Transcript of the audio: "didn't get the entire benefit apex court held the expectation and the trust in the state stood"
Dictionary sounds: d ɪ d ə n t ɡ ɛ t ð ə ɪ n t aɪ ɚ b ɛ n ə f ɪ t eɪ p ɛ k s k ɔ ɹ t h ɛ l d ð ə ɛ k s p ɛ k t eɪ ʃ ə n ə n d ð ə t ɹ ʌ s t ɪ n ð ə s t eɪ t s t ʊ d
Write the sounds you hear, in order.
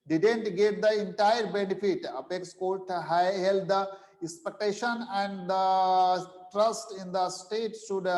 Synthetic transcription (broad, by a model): d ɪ d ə n t ɡ ɛ t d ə ɪ n t aɪ ɚ b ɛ n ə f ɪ t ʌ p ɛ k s k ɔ l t h ɛ l d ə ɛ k s p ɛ k t eɪ ʃ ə n ə n d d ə t ɹ ʌ s t ɪ n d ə s t eɪ t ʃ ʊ d